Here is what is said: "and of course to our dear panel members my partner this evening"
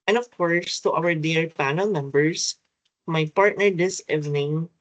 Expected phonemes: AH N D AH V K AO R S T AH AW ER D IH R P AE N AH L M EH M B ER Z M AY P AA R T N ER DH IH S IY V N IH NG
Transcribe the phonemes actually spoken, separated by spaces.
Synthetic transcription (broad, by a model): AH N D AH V K AO R S T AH AW ER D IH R P AE N AH L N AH M B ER S M AY P AA R T N ER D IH S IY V N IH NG